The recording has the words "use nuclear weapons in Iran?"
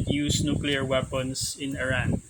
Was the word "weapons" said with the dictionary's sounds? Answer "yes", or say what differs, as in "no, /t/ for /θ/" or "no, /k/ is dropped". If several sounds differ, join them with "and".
no, /s/ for /z/